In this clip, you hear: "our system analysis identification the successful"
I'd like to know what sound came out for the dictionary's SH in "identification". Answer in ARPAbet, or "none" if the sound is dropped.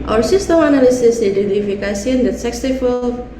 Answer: S